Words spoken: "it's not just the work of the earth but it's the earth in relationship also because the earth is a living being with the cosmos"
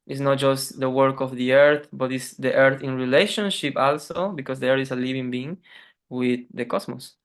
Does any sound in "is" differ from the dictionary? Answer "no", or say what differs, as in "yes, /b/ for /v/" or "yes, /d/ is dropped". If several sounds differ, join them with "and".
yes, /s/ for /z/